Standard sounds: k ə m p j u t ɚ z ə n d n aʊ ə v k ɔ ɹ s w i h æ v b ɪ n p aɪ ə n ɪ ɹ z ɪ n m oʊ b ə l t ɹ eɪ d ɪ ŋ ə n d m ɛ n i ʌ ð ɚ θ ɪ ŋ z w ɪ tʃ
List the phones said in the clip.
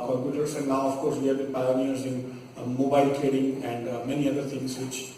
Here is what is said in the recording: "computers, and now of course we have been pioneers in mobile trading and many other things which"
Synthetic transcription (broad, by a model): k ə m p j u t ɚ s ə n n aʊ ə f k ɔ ɹ s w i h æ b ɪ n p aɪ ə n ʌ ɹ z ɪ n m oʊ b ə l t ɹ eɪ d ɪ ŋ ə n d m ɛ n i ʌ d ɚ t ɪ ŋ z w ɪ tʃ